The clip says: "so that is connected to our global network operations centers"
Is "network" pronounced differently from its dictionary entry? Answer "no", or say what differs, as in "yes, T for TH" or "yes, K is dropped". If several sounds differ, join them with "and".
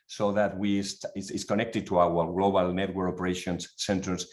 yes, K is dropped